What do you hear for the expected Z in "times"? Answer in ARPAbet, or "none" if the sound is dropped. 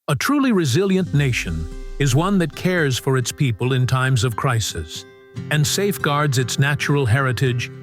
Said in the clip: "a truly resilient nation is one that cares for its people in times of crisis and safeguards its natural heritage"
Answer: Z